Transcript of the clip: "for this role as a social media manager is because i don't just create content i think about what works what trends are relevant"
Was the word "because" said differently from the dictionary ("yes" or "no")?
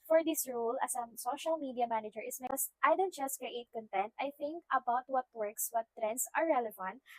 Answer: yes